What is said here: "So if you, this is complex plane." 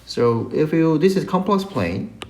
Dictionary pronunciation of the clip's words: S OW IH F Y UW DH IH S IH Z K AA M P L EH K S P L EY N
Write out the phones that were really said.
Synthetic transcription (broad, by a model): S OW IH F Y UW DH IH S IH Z K AA M P L EH K S P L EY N